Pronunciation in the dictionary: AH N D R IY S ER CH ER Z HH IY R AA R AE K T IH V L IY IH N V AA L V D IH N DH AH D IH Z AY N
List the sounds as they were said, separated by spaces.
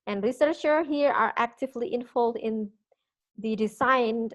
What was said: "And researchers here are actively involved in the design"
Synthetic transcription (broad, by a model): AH N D R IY S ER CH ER HH IY R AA R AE K T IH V L IY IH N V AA L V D IH N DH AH D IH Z AY N